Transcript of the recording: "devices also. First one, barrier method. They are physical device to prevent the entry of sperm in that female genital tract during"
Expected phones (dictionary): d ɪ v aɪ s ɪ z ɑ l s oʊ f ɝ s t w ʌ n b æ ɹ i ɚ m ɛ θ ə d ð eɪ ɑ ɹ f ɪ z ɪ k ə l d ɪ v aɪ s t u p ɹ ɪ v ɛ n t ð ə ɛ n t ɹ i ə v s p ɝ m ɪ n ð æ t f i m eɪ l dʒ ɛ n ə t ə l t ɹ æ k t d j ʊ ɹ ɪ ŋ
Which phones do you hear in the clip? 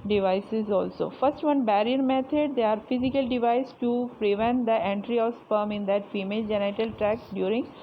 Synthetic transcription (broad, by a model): d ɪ v aɪ s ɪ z ɑ l s oʊ f ɝ s t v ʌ n b æ ɹ i ɚ m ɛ t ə d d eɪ ɑ ɹ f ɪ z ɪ k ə l d ɪ v aɪ s t u p ɹ ɪ v ɛ n t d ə ɛ n t ɹ i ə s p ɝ m ɪ n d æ t f i m eɪ l dʒ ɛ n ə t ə l t ɹ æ k d j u ɹ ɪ ŋ